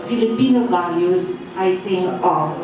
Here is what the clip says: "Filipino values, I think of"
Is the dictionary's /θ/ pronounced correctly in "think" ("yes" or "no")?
no